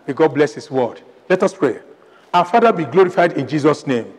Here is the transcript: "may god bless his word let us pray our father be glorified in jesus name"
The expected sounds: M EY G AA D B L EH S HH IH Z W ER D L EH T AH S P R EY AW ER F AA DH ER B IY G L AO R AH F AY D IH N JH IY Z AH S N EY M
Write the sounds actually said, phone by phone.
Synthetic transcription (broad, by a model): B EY G AA D B L EH S HH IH S W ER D L EH T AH S P R EY AW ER F AA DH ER B IY G L AO R AH F AY D IH N JH IY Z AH S N EY M